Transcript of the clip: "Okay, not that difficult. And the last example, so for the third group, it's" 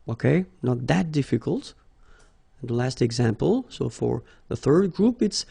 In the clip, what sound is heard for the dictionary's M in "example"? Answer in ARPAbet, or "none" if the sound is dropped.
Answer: M